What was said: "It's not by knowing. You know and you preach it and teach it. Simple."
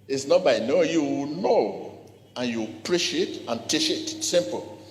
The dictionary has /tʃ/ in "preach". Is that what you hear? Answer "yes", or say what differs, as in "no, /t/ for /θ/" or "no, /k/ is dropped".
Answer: no, /ʃ/ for /tʃ/